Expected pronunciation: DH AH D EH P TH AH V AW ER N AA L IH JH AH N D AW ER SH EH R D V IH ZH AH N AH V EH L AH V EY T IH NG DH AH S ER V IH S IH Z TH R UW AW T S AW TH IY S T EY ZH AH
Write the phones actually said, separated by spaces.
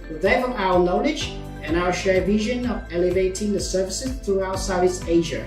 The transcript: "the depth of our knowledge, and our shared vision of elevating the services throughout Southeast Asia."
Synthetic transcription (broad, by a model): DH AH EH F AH AW ER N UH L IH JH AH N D AW ER SH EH R V IH ZH AH N AH V EH L AH V EY T IH NG DH AH S ER V IH S IH Z TH R UW AW T S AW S EY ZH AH